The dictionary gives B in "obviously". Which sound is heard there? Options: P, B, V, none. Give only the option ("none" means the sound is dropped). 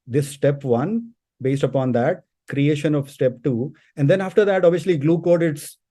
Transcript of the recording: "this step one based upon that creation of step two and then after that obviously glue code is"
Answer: none